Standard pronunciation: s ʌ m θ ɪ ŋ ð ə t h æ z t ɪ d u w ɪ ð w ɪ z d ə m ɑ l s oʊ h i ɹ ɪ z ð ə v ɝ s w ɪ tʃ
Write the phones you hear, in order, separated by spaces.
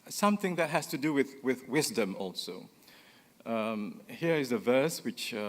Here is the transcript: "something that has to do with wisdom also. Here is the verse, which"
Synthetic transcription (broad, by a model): s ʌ m θ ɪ ŋ ð ə t h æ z t ɪ d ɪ w ɪ ð w ɪ z d ə m ɑ l s oʊ h i ɹ ɪ z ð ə v ɝ s w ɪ tʃ